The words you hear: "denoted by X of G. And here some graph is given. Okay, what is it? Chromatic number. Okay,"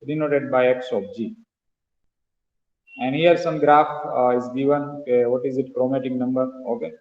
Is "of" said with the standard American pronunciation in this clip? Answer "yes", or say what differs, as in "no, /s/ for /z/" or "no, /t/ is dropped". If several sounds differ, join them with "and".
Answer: no, /p/ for /v/